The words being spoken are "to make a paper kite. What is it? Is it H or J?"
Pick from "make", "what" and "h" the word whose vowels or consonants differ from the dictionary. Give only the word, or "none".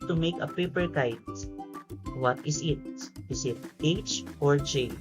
none